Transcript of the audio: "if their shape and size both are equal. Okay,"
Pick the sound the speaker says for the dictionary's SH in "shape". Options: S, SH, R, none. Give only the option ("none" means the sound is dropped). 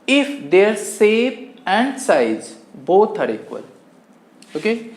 S